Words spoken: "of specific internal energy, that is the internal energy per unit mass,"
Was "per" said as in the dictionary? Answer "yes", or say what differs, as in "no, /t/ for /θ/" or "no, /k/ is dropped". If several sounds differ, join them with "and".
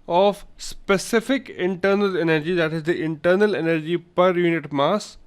yes